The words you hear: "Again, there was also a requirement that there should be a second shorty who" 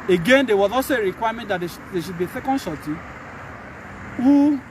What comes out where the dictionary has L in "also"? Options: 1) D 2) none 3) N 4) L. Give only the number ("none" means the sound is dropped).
2